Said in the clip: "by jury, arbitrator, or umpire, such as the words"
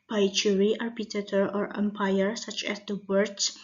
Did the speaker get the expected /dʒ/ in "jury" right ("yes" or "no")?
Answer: no